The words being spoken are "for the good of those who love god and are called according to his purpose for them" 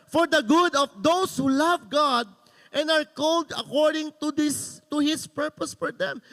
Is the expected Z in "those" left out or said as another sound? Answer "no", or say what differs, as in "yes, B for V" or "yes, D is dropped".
yes, S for Z